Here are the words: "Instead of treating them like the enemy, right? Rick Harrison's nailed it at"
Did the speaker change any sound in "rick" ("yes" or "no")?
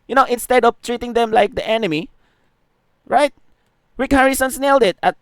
yes